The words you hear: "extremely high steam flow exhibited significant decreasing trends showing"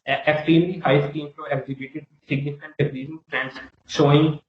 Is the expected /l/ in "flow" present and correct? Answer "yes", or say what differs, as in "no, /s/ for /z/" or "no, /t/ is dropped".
no, /l/ is dropped